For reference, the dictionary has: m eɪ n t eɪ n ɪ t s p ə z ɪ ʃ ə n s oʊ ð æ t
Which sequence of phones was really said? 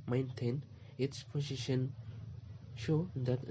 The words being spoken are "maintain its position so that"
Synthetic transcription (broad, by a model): m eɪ n t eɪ n ɪ t s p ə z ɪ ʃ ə n ʃ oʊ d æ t